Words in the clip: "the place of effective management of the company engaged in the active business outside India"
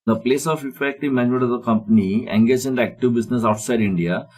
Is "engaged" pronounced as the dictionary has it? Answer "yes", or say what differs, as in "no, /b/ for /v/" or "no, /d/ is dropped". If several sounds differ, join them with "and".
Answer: no, /d/ is dropped